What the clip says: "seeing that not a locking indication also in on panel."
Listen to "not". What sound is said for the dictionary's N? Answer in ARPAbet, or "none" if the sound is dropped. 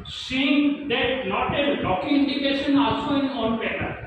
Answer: L